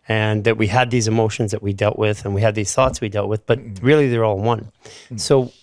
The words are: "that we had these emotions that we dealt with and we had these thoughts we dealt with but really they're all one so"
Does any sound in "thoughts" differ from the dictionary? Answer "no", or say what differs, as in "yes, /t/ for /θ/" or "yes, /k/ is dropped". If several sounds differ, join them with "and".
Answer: no